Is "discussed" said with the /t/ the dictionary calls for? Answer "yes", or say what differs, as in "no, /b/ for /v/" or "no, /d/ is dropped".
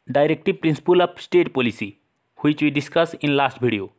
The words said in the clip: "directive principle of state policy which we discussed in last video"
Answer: no, /t/ is dropped